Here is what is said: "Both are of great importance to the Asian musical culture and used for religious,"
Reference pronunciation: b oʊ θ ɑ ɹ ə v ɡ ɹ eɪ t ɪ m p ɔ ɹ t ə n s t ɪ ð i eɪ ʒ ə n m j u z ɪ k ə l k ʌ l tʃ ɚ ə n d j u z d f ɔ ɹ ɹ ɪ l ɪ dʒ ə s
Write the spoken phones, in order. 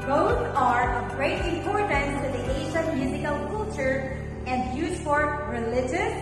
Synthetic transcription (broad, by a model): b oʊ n ɑ ɹ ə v ɡ ɹ eɪ t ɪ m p ɔ ɹ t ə n t ɪ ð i eɪ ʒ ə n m j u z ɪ k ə l k ʌ l tʃ ɚ ə n d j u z f ɔ ɹ ɹ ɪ l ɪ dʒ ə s